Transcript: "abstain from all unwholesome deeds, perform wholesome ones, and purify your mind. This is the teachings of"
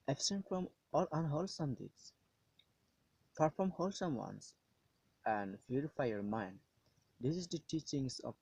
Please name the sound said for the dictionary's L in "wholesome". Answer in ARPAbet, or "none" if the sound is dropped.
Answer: L